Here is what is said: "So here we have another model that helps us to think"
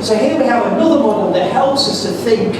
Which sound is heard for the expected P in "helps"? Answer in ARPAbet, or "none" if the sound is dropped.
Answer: none